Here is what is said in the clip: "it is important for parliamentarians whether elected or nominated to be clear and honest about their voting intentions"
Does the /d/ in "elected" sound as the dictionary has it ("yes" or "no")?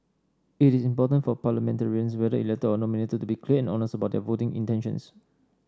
no